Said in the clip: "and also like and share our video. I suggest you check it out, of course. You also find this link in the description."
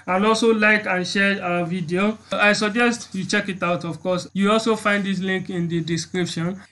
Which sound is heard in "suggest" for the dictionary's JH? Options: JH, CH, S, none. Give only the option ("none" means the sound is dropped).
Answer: JH